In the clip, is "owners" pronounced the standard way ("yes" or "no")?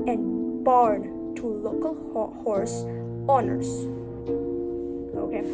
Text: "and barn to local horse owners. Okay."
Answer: no